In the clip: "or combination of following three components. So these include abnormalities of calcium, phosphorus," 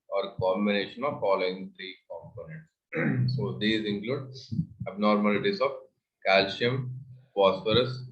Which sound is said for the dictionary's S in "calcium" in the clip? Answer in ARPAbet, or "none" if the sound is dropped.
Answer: SH